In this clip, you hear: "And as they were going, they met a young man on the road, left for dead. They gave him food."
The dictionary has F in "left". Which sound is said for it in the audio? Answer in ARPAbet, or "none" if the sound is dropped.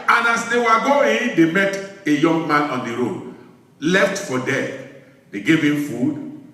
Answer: F